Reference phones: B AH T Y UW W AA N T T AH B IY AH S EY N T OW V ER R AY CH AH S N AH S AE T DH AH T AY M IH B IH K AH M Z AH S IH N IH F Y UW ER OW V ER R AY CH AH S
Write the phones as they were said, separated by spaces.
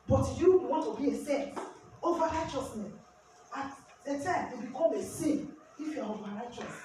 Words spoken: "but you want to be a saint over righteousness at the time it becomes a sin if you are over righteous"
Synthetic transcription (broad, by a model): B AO T Y UW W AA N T T AH B IY AH S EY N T OW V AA R AY CH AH S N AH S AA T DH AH T AY M IH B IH K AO M AH S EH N IH F Y UW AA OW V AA R AY CH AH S